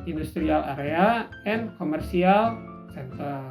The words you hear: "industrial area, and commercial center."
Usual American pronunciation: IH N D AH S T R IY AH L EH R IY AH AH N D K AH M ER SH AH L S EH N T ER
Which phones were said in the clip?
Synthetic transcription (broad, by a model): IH N D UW S T R IY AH L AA R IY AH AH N K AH M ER S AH L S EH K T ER